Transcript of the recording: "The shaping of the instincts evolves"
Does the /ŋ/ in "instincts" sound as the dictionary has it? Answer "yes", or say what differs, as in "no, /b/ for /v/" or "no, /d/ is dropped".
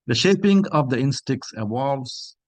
no, /ŋ/ is dropped